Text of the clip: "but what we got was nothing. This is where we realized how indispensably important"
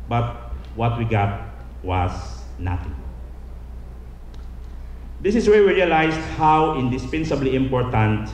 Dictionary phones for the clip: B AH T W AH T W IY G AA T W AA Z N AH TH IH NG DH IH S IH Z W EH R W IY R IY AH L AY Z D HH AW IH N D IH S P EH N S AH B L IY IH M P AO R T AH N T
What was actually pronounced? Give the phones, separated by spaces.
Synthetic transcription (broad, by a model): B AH T W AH T W IY G AA T W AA S N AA T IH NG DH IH S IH S W EH R W IY R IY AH L AY S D HH AW IH N D IH S P EH N S AH B L IY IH M P AO R T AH N T